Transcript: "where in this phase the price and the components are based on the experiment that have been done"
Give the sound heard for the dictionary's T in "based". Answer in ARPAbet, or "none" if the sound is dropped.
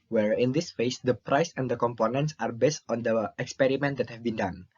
T